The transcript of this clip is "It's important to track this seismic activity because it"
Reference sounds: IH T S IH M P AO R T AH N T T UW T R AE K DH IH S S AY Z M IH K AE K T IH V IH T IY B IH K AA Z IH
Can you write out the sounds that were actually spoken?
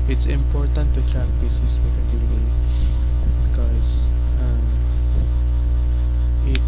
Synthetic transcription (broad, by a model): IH T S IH M P AO R T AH N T T UW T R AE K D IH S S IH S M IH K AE T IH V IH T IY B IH K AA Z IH